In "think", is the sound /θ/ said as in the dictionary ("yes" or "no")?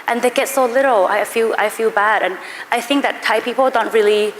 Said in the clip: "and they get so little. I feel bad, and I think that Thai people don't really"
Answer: yes